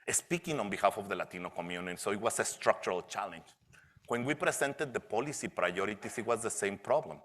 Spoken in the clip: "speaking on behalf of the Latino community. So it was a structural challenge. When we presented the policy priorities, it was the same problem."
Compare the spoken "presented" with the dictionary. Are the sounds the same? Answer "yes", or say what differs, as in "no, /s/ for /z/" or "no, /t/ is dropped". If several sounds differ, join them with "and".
no, /s/ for /z/